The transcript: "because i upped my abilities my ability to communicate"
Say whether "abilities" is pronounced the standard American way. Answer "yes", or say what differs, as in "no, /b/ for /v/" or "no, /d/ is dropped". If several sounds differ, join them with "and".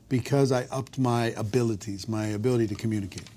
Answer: yes